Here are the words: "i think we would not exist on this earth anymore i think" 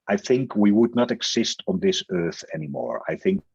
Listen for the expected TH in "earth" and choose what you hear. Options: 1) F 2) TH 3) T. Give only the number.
2